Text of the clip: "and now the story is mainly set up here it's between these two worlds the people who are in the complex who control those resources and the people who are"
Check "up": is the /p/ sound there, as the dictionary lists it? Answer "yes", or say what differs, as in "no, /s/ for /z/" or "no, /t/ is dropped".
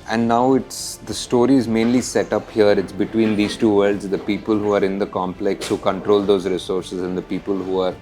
yes